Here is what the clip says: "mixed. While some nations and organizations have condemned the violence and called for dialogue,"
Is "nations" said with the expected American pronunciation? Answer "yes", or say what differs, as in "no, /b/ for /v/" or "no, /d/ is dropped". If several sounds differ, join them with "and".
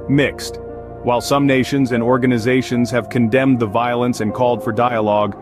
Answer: yes